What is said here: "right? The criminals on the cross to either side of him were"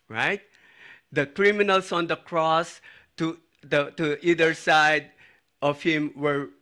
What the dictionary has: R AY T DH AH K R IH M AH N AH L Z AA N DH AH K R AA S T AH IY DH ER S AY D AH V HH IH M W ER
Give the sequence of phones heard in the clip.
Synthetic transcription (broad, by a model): R AY T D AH K R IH M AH N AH L S AA N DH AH K R AA S T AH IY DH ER S AY D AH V HH IH M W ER